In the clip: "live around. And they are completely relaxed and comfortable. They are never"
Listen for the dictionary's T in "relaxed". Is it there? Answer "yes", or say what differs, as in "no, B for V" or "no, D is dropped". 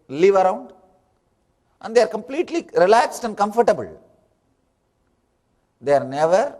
yes